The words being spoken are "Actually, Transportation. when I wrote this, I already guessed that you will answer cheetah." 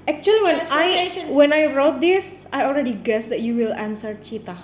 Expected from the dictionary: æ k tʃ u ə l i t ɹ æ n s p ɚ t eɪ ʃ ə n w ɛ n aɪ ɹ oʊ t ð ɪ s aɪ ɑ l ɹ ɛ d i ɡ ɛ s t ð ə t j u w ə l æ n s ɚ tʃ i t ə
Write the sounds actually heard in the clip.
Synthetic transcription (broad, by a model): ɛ k tʃ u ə l i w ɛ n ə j w ɛ n aɪ ɹ oʊ t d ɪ s aɪ ɑ l ɹ ɛ d i ɡ ɛ s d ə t j u w ə l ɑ n s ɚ tʃ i t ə